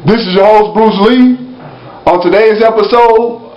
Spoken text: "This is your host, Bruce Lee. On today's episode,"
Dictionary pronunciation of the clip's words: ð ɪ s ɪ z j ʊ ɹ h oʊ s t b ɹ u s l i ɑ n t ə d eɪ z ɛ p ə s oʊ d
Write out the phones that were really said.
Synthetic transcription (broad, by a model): ð ɪ s ɪ z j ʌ h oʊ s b ɹ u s l i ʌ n t ə d eɪ z ɛ p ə s oʊ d